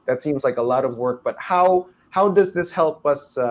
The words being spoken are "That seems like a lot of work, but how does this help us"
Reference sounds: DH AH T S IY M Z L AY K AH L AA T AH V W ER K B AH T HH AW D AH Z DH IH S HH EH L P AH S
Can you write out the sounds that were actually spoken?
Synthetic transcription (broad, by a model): DH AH T S IY M Z L AY K AH L AA T AH V W ER K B AH T HH AW D AH Z DH IH S HH EH L P AH S